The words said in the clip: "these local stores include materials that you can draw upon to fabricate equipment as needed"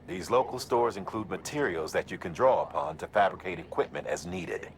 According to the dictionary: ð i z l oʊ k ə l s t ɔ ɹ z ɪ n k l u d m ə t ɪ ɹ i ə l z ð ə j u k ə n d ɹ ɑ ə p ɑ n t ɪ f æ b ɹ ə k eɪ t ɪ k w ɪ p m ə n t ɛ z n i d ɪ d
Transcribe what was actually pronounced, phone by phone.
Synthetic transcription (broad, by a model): ð i z l oʊ k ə l s t ɔ ɹ z ɪ n k l u d m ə t ɪ ɹ i l z ð ə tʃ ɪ k ə n d ɹ ɑ ə p ɑ n t ɪ f æ b ɹ ə k eɪ t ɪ k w ɪ p m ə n t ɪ z n i d ɪ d